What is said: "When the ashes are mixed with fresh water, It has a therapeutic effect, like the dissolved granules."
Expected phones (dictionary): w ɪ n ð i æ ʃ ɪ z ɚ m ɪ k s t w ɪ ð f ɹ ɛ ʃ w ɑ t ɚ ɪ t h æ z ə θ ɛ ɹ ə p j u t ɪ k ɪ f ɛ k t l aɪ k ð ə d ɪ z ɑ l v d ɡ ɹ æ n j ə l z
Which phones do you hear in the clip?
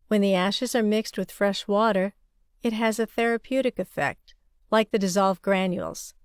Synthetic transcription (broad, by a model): w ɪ n ð i æ ʃ ɪ z ɚ m ɪ k s t w ɪ ð f ɹ ɛ ʃ w ɑ t ɚ ɪ t h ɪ z ə θ ɛ ɹ ə p j u t ɪ k ɪ f ɛ k t l aɪ k ð ə d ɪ z ɑ l v ɡ ɹ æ n j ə l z